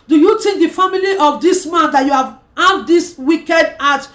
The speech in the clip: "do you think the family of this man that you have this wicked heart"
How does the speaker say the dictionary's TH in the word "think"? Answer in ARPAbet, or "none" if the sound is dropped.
T